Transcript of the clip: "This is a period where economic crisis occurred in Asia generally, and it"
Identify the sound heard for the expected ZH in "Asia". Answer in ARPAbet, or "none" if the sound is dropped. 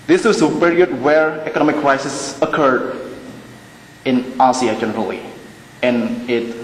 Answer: S